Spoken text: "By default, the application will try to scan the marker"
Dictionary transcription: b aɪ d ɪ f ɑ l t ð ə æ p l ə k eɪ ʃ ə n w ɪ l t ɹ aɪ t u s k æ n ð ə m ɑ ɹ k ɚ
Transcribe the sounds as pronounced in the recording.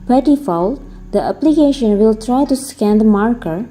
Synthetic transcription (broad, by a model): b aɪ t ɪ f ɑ l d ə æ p l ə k eɪ ʃ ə n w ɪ l t ɹ aɪ t u s k æ n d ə m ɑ ɹ k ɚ